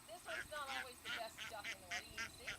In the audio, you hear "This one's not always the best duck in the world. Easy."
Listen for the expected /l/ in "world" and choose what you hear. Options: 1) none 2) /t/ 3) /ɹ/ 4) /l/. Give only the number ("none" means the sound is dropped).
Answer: 1